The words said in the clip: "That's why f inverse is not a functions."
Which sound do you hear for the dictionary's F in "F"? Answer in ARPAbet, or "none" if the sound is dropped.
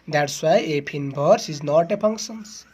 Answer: P